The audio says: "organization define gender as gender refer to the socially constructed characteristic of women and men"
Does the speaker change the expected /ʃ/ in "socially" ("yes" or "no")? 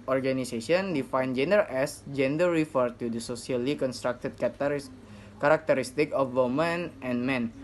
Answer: yes